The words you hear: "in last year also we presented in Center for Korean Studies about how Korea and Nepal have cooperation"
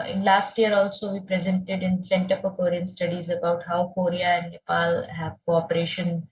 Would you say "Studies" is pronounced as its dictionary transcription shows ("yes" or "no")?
yes